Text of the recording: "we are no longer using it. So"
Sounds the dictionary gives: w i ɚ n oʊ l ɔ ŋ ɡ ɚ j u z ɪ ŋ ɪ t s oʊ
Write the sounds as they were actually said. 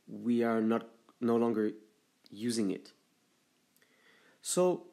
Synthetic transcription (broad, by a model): w i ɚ n oʊ l ɔ ŋ ɡ ɚ j u z ɪ ŋ ɪ t s oʊ